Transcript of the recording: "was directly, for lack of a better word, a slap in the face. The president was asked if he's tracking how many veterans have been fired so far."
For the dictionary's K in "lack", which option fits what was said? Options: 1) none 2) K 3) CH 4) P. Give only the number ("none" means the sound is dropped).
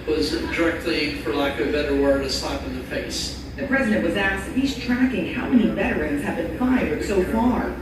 1